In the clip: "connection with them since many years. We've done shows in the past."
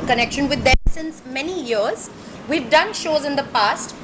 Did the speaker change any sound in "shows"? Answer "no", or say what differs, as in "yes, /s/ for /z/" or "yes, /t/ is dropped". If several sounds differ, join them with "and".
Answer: no